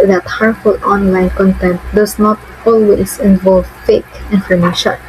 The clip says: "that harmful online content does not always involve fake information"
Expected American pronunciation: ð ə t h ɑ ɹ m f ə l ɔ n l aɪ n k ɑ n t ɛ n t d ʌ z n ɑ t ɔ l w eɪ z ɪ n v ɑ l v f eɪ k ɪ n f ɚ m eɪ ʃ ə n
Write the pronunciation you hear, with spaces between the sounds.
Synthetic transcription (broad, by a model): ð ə t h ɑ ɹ f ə l ɔ n l aɪ n k ɑ n t ɛ n t d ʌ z n ɑ t ɔ l w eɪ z ɪ n v ɑ l v f eɪ k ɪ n f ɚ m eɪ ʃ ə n